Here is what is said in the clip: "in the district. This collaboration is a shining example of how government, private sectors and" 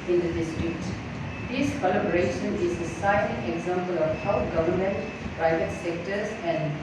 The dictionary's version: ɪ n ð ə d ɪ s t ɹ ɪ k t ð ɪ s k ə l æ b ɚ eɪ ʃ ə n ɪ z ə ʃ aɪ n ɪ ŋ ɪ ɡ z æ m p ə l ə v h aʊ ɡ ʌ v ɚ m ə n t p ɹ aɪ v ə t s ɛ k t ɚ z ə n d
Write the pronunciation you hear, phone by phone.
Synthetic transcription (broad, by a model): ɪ n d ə d ɪ s t ɹ ɪ k t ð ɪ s k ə l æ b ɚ eɪ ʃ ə n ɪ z ə s aɪ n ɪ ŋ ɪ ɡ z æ m p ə l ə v h aʊ ɡ ʌ v ɚ m ə n t p ɹ aɪ v ə t s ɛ k t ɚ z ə n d